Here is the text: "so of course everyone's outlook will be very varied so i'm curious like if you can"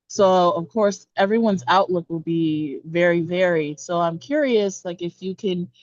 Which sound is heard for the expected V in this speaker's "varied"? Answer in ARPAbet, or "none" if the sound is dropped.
V